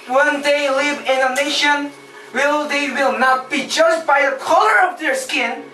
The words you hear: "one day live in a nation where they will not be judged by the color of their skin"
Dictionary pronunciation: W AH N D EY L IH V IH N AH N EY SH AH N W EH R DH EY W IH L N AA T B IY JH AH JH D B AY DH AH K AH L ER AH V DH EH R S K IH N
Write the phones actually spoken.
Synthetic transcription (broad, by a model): W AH N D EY L IH V IH N AH N EY SH AH N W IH L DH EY W IH L N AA T B IY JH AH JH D B AY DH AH K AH L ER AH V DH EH R S K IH N